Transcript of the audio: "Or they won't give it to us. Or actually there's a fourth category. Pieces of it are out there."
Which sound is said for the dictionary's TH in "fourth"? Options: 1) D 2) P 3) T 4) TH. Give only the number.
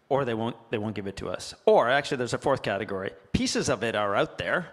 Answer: 4